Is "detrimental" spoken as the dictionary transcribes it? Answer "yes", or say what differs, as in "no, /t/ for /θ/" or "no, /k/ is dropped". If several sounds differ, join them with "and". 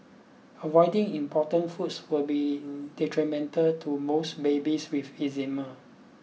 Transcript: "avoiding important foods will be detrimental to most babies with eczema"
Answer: yes